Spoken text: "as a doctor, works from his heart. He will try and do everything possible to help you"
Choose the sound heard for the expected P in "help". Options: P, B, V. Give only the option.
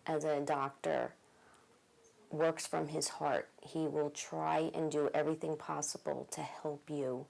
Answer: P